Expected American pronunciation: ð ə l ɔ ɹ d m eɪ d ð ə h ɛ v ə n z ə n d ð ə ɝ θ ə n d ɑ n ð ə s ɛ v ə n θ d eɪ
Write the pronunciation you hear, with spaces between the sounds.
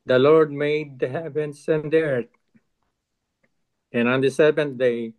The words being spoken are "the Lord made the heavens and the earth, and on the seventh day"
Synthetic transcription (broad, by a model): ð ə l ɔ ɹ d m eɪ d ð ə h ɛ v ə n s ə n d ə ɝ t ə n ɑ n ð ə s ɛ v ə n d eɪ